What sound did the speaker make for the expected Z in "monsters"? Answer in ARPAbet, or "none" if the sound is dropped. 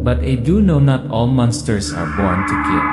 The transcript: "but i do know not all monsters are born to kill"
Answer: S